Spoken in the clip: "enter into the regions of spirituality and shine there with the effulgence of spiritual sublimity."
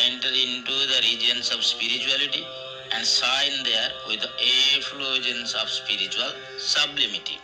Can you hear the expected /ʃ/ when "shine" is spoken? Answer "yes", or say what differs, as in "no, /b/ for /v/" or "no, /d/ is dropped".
no, /s/ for /ʃ/